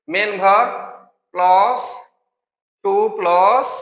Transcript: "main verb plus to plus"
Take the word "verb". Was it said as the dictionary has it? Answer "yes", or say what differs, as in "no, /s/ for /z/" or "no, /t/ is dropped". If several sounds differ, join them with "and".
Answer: no, /b/ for /v/